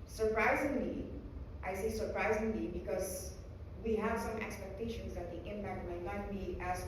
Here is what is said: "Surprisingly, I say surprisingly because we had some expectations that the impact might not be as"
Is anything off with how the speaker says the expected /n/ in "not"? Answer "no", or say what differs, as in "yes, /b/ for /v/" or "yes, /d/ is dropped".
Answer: yes, /l/ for /n/